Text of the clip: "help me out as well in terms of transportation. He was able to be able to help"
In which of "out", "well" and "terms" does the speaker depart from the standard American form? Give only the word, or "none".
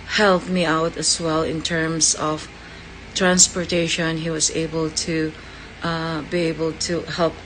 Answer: terms